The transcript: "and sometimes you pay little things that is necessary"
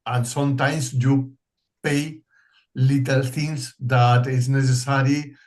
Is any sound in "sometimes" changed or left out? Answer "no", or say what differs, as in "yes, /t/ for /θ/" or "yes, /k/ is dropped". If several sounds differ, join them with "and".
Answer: yes, /s/ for /z/